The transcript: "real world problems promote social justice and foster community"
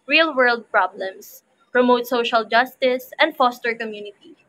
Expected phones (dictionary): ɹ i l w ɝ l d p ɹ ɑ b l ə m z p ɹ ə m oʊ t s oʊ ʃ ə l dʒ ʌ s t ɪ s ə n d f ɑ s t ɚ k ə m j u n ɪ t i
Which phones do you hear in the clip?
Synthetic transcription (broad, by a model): ɹ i l w ɝ l d p ɹ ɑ b l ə m s p ɹ ə m oʊ t s oʊ ʃ ə l dʒ ʌ s t ɪ s ə n d f ɑ s t ɚ k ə m j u n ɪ t i